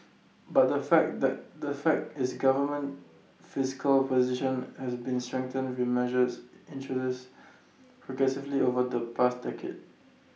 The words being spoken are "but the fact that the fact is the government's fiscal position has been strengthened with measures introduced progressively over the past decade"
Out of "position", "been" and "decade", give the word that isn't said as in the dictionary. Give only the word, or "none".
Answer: none